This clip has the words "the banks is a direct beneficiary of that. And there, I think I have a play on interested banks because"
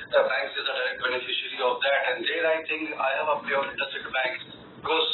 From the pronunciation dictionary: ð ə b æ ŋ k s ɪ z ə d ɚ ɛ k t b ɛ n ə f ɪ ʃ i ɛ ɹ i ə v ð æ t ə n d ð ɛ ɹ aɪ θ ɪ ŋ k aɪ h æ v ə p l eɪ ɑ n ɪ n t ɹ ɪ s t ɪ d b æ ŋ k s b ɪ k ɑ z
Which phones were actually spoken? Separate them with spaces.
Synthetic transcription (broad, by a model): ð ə b æ ŋ k s ɪ z ə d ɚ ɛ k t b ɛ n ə f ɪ ʃ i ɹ i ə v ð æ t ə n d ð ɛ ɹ aɪ t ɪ ŋ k aɪ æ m ə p eɪ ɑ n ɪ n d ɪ s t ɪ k b æ ŋ k s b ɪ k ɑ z